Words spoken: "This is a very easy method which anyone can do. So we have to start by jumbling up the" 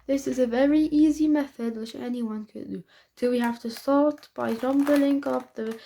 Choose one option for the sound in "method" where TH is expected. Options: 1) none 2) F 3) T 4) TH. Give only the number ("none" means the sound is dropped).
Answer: 4